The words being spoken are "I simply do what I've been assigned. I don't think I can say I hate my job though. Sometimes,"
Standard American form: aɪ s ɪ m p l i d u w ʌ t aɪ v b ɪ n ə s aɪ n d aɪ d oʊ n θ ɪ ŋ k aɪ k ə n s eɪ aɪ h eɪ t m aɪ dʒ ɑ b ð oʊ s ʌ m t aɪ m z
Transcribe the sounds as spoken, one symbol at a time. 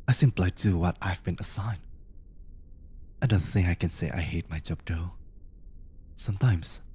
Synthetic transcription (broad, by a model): aɪ s ɪ m p l i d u w ʌ t aɪ v b ɪ n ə s aɪ n aɪ d oʊ n θ ɪ ŋ k aɪ k ə n s eɪ aɪ h eɪ t m aɪ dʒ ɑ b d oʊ s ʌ m t aɪ m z